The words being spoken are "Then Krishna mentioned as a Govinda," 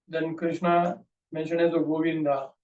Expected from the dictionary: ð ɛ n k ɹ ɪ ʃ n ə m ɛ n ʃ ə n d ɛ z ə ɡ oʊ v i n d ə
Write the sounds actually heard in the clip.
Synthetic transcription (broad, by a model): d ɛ n k ɹ ɪ ʃ n ə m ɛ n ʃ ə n ɛ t ə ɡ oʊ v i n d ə